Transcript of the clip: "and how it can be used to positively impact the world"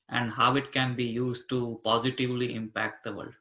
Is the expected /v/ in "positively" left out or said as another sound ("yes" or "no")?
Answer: no